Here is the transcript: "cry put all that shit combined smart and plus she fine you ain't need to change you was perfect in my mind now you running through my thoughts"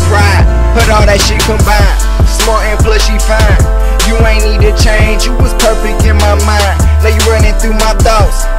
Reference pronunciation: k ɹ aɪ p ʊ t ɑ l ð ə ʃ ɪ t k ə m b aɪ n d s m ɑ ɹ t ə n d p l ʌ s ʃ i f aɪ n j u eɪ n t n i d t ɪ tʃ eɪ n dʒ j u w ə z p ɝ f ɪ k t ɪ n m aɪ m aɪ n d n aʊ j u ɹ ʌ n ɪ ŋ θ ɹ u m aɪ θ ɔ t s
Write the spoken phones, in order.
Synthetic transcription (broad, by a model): ɹ aɪ b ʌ t ɑ l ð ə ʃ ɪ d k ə m b aɪ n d s m ɑ ɹ t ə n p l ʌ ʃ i f aɪ n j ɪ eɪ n n i d t ɪ tʃ eɪ n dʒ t w ə z p ɝ f ɪ k t ɪ n m aɪ m aɪ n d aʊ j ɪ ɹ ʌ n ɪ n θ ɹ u m aɪ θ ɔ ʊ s